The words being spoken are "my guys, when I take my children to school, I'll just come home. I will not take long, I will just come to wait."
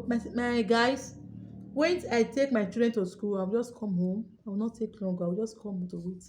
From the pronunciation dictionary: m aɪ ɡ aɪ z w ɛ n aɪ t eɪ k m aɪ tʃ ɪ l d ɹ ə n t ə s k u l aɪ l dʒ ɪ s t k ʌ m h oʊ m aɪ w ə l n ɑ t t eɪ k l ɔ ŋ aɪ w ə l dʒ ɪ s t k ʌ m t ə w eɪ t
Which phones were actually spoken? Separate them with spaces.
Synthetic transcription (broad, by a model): m aɪ ɡ aɪ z w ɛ n aɪ t eɪ k m aɪ tʃ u d ɹ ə n t ə s k u l aɪ w dʒ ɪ s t k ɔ m h oʊ m aɪ w ə l n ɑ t t eɪ k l ɔ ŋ aɪ w ə l dʒ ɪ s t k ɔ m t ə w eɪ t